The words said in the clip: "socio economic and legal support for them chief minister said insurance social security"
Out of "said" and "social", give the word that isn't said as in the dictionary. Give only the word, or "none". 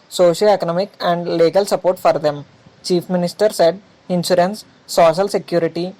none